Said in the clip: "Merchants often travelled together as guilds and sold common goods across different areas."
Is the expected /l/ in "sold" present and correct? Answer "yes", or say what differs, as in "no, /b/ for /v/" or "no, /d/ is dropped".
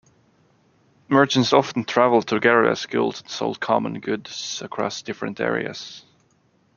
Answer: yes